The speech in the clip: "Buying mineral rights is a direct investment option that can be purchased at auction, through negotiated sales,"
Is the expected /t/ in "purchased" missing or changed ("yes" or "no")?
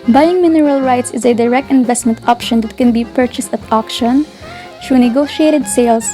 no